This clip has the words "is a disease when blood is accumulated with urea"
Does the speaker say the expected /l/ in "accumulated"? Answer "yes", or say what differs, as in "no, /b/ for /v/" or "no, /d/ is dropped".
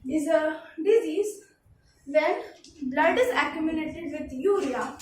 no, /n/ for /l/